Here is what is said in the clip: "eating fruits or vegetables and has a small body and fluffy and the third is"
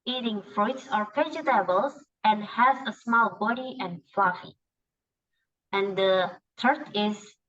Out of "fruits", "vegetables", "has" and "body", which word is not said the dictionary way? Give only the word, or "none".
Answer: vegetables